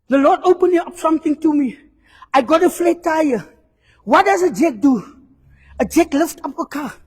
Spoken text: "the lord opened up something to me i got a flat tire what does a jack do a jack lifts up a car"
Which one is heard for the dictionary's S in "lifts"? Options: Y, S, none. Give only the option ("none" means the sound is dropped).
none